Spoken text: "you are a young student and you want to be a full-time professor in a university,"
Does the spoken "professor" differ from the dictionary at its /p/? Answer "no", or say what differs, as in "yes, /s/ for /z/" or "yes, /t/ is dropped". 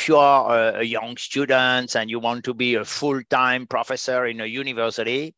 no